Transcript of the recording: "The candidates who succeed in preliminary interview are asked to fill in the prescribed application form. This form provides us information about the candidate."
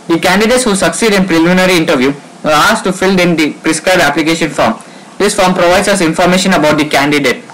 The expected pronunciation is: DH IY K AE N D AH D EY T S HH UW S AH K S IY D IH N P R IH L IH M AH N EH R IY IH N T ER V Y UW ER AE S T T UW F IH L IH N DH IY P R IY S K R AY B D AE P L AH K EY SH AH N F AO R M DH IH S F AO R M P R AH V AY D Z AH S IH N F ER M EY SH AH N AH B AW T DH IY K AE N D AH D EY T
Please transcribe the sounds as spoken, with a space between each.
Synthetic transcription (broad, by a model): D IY K AE N D AH D EY T S HH UW S AH K S IY D IH N P R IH L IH M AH N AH R IY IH N T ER V Y UW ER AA S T T UW F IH L IH N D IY P R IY S K R AY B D AE P L AH K EY SH AH N F AO R M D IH S F AO R M P R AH V AY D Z AH S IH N F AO M EY SH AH N AH B AW T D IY K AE N D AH D EY T